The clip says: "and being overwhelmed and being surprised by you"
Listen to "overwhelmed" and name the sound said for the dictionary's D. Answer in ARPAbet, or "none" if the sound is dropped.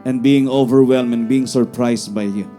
none